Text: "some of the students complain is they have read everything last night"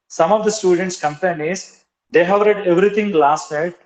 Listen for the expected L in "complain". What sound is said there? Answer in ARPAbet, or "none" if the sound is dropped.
none